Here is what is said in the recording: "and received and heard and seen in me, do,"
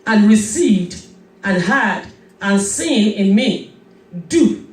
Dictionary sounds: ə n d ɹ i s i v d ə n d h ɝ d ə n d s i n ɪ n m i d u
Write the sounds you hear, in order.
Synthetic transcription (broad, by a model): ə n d ɹ i s i v d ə n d h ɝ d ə n s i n ɪ n m i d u